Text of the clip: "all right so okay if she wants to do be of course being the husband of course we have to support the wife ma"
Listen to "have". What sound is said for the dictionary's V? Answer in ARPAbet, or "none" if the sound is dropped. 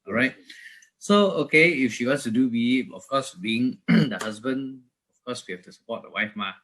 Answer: F